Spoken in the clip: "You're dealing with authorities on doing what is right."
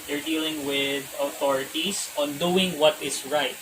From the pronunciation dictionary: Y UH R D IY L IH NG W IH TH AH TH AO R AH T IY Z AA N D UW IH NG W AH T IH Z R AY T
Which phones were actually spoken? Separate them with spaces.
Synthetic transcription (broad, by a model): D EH R D IY L IH NG W IH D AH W AO R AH T IY S AA N D UW IH NG W AH T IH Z R AY T